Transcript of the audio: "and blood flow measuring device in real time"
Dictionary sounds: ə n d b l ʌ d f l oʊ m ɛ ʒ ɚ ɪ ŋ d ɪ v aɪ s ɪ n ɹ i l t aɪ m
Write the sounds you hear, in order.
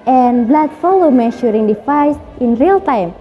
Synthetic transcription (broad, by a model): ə n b l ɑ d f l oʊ m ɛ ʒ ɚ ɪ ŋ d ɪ f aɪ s ɪ n ɹ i l t aɪ m